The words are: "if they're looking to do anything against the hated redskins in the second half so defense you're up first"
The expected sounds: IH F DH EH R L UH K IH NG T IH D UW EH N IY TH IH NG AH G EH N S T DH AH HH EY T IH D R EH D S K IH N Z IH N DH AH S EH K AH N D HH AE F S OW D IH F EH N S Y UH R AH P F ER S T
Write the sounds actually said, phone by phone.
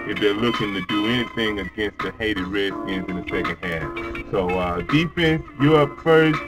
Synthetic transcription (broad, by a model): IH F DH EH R L UH K IH NG T IH D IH EH N IY TH IH NG AH G EH N S T DH AH HH EY T IH D R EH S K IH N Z IH N DH AH S EH K AH N D HH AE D S OW D IH F EH N S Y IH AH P F ER S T